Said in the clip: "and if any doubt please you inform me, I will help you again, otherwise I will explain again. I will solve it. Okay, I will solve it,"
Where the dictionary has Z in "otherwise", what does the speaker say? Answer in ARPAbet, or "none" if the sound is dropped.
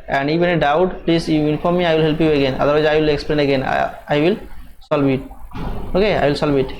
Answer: none